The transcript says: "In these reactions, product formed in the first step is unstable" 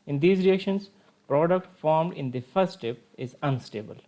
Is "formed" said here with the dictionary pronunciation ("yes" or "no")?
yes